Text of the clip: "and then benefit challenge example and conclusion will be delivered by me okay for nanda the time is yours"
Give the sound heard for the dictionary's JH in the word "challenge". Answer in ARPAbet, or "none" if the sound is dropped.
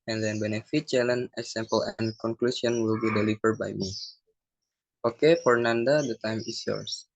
none